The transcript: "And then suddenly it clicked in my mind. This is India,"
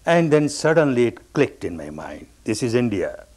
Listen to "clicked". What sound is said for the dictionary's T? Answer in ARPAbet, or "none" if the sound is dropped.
T